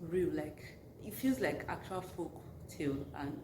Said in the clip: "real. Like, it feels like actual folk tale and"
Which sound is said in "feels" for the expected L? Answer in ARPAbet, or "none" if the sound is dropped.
L